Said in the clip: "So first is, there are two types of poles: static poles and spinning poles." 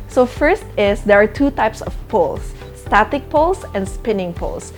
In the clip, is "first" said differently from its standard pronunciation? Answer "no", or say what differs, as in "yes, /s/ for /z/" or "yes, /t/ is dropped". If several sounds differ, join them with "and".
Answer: no